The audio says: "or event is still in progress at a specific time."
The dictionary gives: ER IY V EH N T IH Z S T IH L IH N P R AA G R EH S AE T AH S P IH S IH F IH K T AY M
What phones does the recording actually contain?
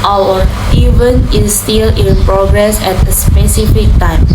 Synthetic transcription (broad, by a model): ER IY V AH N IH S T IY L IH N P R AA G R EH S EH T AH S P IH S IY F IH K T AY M